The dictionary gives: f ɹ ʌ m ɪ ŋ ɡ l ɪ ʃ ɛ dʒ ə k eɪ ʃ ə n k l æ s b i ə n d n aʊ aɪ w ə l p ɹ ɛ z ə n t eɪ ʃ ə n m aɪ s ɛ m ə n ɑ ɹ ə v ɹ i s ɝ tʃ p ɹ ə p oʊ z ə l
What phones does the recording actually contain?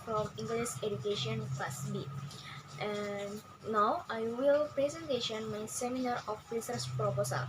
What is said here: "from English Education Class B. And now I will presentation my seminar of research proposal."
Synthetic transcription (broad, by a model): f ɹ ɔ m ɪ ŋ ɡ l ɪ s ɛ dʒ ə k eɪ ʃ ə n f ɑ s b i ə n d n aʊ aɪ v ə l p ɹ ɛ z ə n t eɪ ʃ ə n m aɪ s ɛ m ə n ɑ ɹ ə f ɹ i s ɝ s p ɹ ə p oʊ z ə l